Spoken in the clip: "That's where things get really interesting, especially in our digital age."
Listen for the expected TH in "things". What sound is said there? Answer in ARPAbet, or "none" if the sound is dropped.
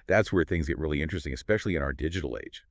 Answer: TH